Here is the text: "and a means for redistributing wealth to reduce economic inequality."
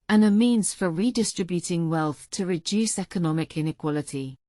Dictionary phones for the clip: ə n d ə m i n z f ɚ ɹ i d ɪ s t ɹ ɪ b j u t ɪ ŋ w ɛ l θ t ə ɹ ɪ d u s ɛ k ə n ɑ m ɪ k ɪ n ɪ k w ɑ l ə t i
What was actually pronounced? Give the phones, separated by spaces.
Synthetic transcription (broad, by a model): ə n ə m i n z f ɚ ɹ i d ɪ s t ɹ ɪ b j u t ɪ ŋ w ɛ l θ t ə ɹ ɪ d u s ɛ k ə n ɑ m ɪ k ɪ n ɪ k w ɑ l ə t i